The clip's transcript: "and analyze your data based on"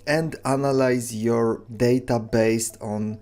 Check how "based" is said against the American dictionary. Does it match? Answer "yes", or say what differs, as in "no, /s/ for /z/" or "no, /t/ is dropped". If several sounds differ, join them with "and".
yes